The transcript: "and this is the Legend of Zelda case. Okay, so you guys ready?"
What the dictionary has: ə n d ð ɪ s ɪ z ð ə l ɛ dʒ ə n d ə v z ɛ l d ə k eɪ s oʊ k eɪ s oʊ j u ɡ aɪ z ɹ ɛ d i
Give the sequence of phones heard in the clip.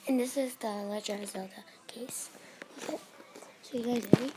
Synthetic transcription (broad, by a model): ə n ð ɪ s ɪ z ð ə l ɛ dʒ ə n ə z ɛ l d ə k eɪ s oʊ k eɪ s oʊ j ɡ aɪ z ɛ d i